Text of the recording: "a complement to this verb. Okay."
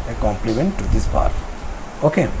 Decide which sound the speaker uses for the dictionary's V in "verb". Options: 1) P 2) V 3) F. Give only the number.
1